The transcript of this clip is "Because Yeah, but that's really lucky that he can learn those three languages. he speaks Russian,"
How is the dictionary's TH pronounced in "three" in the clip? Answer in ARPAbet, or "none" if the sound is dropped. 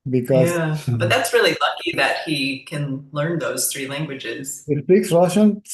TH